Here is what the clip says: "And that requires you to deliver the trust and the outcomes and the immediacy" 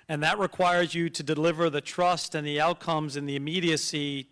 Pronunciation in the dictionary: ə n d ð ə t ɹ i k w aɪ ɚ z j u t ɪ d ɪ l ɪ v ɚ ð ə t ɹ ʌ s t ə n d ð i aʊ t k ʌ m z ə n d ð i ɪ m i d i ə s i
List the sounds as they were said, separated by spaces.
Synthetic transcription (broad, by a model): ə n ð ə t ɹ i k w aɪ ɚ z j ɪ t ɪ d ɪ l ɪ v ɚ ð ə t ɹ ʌ s t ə n ð i aʊ t k ʌ m z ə n ð i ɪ m i d i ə s i